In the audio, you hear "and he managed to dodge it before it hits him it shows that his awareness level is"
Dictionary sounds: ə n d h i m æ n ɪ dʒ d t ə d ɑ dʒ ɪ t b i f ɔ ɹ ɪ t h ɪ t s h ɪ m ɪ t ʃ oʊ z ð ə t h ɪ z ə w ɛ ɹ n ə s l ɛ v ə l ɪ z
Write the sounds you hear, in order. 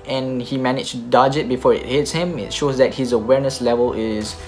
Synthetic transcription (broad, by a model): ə n h i m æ n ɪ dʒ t d ɑ dʒ ɪ t b i f ɔ ɹ ɪ t h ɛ t s h ɪ m ɪ t ʃ oʊ z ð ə t h ɪ z ə w ɛ ɹ n ə s l ɛ v ə l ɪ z